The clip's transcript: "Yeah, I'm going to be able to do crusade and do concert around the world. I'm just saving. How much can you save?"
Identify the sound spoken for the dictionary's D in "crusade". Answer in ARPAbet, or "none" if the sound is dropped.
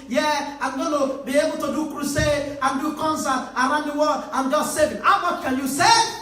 none